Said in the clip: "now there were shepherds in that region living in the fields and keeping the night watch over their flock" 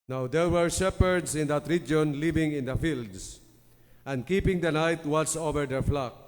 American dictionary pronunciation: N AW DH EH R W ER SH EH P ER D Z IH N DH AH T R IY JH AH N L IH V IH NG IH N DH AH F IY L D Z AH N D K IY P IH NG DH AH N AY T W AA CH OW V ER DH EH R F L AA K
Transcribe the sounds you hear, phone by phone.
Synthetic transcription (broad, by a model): N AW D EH R W ER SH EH P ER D S IH N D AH T R IY JH AH N L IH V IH NG IH N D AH F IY L D S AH N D K IY P IH NG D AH N AY T W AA S OW V ER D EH R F L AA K